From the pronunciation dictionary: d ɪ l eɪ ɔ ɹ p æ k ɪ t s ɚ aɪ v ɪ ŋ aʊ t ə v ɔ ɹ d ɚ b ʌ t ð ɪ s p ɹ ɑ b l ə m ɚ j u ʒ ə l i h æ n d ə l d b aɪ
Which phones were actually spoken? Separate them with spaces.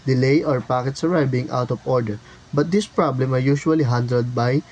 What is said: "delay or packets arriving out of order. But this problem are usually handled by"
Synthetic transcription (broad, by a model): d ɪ l eɪ ɔ ɹ p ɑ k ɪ t s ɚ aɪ b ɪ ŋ aʊ t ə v ɔ ɹ d ɚ b ʌ t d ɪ s p ɹ ɑ b l ə m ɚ j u ʃ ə l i h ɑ n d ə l d b aɪ